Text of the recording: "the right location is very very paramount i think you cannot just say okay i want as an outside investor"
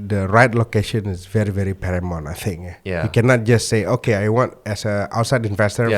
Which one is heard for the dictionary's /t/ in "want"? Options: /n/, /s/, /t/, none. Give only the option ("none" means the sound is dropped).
/t/